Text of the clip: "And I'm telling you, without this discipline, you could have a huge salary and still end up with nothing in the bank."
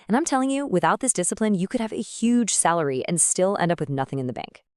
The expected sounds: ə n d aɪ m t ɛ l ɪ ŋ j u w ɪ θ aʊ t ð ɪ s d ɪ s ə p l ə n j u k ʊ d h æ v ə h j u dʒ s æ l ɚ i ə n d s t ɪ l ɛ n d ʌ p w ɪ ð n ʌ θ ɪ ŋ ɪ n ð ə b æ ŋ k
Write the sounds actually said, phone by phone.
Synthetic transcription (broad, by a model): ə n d aɪ m t ɛ l ɪ ŋ j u w ɪ θ aʊ t ð ɪ s d ɪ s ə p l ə n j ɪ k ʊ d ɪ v ə h j u dʒ s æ l ɚ i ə n s t ɪ l ɛ n d ʌ p w ɪ ð n ʌ θ ɪ ŋ ɪ n ð ə b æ ŋ k